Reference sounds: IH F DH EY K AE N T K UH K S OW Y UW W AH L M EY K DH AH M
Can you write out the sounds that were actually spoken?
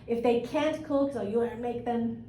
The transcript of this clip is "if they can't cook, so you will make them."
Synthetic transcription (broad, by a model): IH F DH EY K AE N K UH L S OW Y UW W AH N M EY K DH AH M